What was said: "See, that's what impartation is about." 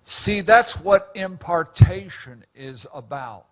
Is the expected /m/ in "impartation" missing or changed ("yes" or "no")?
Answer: no